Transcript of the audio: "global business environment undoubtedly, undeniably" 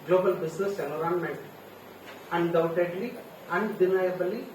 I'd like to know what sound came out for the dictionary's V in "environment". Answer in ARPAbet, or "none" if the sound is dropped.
none